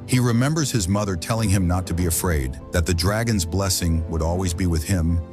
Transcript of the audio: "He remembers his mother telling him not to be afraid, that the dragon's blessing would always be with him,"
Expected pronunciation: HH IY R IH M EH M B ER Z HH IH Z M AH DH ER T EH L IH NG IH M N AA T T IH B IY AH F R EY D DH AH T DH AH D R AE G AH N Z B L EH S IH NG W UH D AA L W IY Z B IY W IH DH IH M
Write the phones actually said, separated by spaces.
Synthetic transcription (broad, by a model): HH IY R IH M EH M B ER Z HH IH Z M AH DH ER T EH L IH NG IH M N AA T T IH B IY AH F R EY D DH AH T DH AH D R AE G AH N Z B L EH S IH NG W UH D AA L W IY Z B IY W IH DH IH M